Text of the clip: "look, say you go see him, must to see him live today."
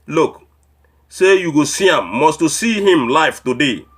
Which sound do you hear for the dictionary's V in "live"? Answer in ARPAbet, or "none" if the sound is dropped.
F